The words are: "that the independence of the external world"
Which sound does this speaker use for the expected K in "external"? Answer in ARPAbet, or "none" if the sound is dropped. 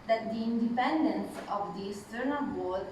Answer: none